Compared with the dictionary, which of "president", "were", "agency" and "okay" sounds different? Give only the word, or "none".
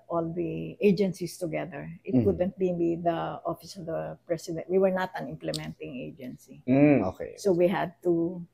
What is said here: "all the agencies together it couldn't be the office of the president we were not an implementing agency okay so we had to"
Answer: president